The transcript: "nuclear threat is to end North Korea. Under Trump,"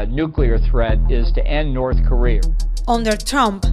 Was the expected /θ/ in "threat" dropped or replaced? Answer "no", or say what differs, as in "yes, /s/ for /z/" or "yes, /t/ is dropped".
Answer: no